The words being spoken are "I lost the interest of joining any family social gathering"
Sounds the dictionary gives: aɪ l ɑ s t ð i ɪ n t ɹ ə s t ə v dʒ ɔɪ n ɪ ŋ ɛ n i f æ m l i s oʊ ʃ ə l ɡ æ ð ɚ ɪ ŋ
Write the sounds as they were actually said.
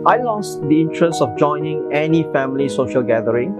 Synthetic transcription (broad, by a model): aɪ l ɑ s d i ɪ n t ɹ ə s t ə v dʒ ɔɪ n ɪ ŋ ɛ n i f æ m l i s oʊ ʃ ə l ɡ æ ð ɚ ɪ ŋ